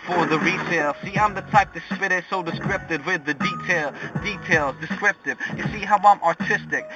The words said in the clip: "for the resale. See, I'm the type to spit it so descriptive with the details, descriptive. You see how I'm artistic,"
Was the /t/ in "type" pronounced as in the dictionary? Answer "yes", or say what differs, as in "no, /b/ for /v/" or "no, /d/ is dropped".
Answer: yes